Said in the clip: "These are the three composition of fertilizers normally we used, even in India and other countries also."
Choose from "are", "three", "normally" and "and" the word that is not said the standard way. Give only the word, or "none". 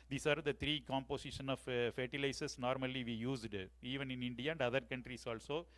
three